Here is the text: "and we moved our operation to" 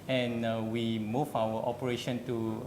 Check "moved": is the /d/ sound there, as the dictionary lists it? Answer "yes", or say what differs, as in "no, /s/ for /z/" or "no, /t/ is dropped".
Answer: no, /d/ is dropped